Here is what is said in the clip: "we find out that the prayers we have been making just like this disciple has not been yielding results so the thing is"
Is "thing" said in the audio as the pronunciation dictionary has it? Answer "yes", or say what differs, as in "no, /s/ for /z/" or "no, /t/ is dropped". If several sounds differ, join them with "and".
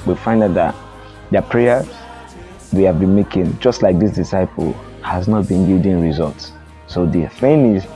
no, /f/ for /θ/